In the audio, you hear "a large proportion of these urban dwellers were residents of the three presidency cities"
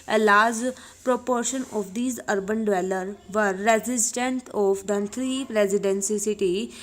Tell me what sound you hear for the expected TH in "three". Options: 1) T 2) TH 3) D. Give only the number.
1